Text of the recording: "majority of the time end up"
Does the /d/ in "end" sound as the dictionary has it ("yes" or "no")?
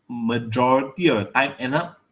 no